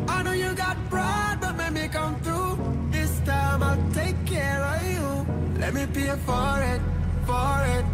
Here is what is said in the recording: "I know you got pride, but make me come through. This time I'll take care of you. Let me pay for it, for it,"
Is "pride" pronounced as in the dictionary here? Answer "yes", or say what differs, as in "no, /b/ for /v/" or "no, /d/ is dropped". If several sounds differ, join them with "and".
no, /b/ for /p/